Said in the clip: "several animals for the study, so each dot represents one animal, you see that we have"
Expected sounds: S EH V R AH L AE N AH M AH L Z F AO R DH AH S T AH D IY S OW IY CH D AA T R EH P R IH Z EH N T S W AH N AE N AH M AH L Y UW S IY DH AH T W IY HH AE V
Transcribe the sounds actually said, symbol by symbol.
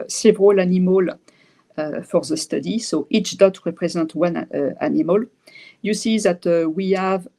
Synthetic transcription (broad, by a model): S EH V R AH L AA N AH M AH L F AO R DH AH S T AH D IY S OW IY CH D AA T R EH P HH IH Z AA T W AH N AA N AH M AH L Y UW S IY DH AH T W IY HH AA V